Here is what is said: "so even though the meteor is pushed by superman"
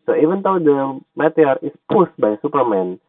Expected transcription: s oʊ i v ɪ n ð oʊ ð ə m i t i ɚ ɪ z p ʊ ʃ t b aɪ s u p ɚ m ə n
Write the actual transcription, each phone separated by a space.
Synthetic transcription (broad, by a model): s oʊ i v ɪ n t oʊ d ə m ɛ t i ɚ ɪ s p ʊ s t b aɪ s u p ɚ m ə n